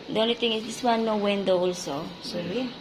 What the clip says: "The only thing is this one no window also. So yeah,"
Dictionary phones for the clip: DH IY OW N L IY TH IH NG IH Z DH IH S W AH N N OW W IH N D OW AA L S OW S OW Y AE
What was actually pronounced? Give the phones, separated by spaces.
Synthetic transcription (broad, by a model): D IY OW N L IY T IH NG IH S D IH S W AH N N OW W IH N D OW AA L S OW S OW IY